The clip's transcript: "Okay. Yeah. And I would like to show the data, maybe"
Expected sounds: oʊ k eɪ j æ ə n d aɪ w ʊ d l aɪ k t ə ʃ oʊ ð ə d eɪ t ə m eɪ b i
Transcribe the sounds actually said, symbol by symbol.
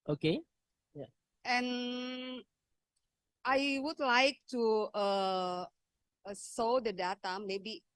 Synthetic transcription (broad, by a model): oʊ k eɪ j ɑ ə n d aɪ w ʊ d l aɪ k t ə s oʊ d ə d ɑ t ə m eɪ b i